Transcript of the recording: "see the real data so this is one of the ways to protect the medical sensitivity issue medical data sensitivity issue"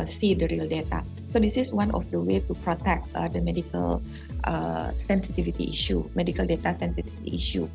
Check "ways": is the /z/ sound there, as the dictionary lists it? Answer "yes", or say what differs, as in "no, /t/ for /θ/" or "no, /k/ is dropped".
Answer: no, /z/ is dropped